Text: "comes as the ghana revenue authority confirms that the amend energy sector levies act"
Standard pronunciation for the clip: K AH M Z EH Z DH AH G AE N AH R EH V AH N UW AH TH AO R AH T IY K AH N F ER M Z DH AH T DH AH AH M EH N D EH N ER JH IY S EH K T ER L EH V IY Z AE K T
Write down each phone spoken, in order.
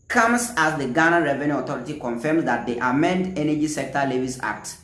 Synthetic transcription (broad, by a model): K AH M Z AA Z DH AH G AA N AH R EH V AH N UW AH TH AO R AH T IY K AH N F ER M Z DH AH T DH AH AH M EH N D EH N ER JH IY S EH K T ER L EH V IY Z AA K T